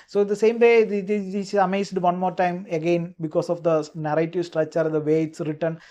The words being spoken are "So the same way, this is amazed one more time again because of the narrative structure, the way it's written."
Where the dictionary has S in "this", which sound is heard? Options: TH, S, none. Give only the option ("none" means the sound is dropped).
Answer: none